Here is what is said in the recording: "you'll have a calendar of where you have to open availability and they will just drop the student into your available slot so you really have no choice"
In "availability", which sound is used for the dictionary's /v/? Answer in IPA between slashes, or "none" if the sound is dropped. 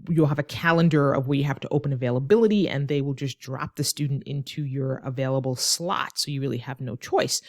/v/